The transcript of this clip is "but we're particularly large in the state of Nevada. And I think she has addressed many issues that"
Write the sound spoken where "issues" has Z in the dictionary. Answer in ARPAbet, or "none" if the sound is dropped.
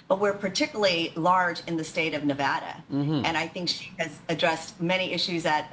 Z